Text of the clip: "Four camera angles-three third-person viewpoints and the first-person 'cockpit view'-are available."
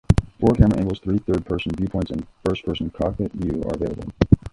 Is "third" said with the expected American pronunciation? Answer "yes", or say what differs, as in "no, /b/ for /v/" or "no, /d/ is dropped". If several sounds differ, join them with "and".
yes